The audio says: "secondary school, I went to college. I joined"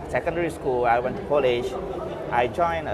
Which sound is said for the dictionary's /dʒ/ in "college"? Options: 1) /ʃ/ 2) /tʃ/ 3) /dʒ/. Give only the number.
1